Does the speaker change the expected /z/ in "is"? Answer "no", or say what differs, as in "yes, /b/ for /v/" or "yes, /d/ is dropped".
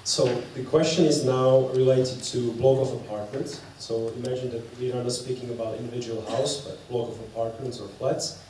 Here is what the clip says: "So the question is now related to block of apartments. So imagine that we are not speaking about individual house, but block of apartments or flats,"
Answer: no